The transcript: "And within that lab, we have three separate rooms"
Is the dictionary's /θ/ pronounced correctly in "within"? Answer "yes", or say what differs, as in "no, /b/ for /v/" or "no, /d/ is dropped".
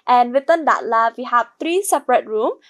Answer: no, /t/ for /θ/